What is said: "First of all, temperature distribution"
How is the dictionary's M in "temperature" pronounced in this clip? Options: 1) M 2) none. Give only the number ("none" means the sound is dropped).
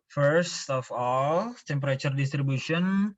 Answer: 1